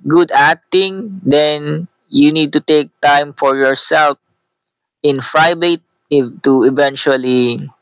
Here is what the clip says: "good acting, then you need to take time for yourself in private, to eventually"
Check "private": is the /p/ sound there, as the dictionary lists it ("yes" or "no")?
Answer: no